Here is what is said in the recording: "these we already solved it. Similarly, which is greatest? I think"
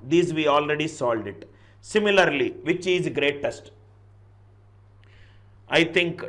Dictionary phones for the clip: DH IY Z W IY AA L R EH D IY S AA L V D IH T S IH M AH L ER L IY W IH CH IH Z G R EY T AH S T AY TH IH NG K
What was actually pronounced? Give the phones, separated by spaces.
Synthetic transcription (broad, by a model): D IY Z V IY AA L R EH D IY S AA L D IH T S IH M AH L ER L IY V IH CH IH Z G R EY T AH S T AY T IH NG K